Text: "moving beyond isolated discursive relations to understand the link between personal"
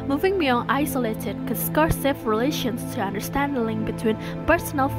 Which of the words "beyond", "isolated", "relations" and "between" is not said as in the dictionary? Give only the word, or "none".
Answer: beyond